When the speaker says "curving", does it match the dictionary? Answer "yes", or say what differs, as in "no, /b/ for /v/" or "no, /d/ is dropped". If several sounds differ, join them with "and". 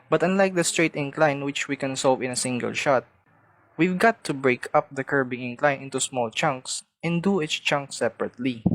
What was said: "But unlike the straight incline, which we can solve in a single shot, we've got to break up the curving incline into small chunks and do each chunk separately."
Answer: no, /b/ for /v/